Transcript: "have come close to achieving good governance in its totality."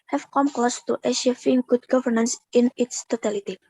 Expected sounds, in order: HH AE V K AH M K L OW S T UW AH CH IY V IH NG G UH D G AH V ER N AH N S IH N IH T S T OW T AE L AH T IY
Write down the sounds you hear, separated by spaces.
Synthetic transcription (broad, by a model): HH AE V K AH M K L OW S T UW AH SH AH F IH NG G UH D G AH V ER N AH N S IH N IH T S T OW T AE L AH T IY